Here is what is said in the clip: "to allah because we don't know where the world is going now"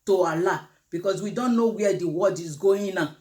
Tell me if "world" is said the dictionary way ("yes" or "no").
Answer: no